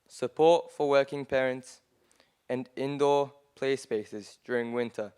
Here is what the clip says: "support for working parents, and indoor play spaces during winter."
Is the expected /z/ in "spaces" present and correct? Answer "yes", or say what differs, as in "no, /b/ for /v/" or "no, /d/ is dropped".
yes